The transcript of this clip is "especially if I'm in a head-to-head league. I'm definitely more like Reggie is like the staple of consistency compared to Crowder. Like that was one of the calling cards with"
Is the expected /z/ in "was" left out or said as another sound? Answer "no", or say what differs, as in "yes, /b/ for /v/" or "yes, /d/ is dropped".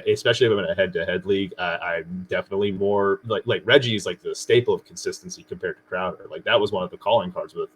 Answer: no